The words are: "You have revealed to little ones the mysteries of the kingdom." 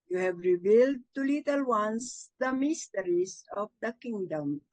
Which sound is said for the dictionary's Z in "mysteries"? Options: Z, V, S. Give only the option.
S